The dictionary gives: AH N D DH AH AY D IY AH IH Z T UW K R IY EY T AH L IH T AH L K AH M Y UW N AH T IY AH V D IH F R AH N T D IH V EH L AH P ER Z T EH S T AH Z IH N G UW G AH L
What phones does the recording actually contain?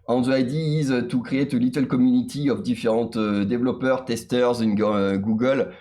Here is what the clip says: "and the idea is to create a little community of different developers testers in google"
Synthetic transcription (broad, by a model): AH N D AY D IY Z T UW K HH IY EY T AH L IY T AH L K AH M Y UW N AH T IY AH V D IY F R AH T D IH V L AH P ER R T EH S T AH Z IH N G UW G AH L